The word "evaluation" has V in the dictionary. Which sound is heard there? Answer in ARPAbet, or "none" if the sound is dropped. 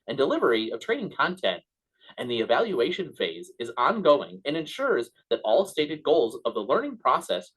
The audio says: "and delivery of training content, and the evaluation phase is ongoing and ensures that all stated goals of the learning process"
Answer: V